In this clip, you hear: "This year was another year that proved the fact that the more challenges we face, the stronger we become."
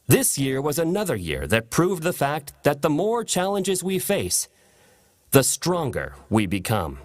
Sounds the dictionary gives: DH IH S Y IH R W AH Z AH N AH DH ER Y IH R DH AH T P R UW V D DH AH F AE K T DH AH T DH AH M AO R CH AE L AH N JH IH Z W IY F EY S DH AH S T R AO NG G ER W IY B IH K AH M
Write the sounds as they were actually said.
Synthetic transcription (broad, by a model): DH IH S Y IH R W AH Z AH N AH DH ER Y IH R DH AH T P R UW V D DH AH F AE K T DH AH T DH AH M AO R CH AE L AH N JH IH Z W IY F EY S DH AH S T R AO NG G ER W IY B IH K AH M